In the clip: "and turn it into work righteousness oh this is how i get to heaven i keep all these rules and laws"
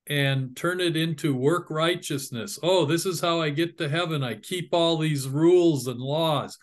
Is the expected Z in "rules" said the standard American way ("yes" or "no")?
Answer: yes